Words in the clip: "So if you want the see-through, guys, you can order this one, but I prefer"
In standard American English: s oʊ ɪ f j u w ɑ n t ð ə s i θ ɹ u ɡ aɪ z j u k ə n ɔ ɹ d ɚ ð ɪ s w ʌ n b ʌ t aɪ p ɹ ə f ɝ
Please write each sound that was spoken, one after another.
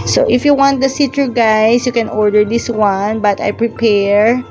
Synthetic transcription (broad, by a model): s oʊ ɪ f j u w ɑ n t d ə s i t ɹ ɡ aɪ s j u k ə n ɔ ɹ d ɚ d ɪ s w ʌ n b ʌ t aɪ p ɹ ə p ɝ